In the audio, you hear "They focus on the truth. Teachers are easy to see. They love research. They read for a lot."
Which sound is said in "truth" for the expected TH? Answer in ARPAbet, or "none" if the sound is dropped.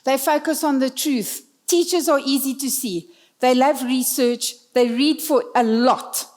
TH